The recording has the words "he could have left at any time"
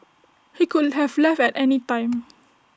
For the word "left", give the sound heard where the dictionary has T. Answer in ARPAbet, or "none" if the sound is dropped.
none